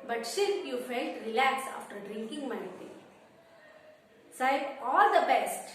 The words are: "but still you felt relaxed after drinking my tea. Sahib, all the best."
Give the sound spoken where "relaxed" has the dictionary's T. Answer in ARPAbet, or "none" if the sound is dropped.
none